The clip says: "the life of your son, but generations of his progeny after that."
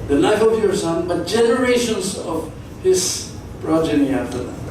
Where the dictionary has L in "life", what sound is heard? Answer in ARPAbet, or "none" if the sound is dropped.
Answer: N